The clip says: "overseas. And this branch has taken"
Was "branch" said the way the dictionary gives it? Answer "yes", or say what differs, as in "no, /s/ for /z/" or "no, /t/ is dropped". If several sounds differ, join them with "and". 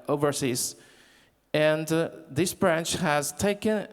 yes